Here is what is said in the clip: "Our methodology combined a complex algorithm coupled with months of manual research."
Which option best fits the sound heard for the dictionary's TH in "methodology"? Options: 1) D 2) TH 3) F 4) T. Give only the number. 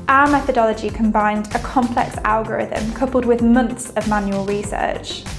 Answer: 2